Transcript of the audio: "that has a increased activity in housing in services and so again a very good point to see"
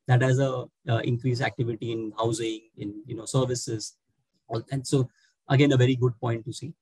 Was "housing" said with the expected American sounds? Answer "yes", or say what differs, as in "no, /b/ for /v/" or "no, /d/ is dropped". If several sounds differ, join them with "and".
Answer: yes